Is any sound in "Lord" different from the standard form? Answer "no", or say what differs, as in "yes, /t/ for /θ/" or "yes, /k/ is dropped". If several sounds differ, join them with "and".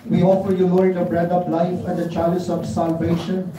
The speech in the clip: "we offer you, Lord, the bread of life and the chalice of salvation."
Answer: yes, /n/ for /l/